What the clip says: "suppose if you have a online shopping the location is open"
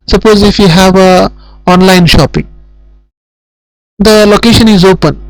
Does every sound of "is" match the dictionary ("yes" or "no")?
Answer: yes